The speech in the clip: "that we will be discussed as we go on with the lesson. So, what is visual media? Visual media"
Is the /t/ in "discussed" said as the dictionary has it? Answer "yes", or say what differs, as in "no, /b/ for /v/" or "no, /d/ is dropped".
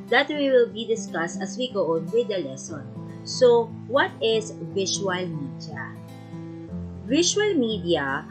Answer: yes